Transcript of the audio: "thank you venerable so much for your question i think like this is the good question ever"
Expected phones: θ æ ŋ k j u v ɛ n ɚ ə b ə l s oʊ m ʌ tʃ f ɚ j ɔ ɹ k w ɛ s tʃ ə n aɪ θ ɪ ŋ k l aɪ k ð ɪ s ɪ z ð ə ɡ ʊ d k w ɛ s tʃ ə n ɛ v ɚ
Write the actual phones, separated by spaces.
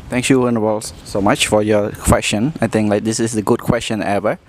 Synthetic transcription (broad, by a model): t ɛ ŋ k j u w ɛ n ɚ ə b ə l s oʊ m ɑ tʃ f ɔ j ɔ k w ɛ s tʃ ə n aɪ t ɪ ŋ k l aɪ k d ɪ s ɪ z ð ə ɡ ʊ d k w ɛ s tʃ ə n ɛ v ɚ